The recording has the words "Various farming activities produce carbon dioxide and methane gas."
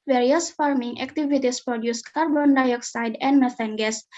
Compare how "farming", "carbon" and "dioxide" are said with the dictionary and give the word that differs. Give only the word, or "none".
none